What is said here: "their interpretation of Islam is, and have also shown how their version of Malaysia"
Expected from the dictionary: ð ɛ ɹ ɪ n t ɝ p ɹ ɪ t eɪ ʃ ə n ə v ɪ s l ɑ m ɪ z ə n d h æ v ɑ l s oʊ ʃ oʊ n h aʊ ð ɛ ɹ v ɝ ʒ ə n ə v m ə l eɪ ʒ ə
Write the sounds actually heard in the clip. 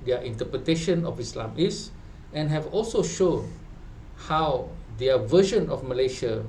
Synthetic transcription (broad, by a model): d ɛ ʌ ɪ n t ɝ p ɹ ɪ t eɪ ʃ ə n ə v ɪ s l ɑ m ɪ s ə n h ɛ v ɑ l s oʊ ʃ oʊ n h aʊ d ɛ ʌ v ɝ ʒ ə n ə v m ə l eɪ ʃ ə